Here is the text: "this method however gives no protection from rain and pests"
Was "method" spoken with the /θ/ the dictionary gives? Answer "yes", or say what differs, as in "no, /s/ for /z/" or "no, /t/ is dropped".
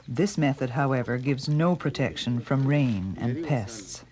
yes